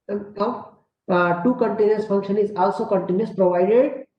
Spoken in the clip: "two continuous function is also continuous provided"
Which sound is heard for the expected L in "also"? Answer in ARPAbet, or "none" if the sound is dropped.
L